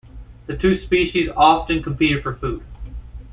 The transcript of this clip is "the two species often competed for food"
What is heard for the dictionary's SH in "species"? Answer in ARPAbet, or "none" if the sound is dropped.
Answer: SH